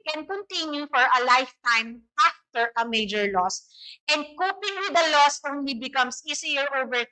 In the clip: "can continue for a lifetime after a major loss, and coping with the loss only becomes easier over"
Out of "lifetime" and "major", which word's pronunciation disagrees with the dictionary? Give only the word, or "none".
none